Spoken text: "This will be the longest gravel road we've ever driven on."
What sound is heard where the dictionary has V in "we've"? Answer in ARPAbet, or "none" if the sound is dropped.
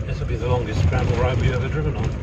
none